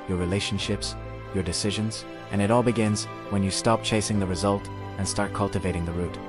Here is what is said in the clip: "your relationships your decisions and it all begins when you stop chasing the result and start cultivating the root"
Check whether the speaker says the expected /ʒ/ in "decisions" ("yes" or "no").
yes